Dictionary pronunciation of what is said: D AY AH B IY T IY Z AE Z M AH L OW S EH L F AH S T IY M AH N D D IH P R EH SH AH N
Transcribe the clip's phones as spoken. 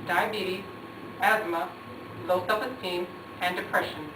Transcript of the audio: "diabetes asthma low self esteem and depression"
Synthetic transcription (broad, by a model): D AY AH B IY T IY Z AE Z M AH L OW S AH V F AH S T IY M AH N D D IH P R EH SH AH N